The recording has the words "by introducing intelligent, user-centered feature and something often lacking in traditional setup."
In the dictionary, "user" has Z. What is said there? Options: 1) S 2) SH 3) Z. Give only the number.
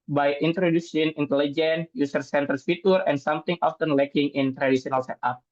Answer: 1